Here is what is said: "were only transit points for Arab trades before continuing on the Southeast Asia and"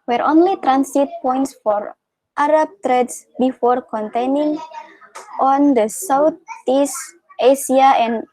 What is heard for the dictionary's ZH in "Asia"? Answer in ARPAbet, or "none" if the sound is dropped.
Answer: S